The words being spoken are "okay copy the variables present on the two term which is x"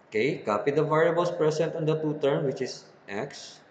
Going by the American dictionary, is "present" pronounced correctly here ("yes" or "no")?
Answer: no